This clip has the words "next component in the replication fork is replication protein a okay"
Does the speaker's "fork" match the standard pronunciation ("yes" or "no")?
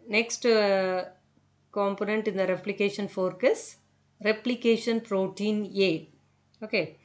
yes